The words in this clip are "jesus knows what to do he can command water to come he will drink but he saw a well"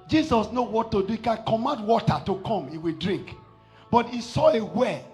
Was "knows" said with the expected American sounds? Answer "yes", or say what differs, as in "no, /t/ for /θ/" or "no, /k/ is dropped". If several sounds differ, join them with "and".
no, /z/ is dropped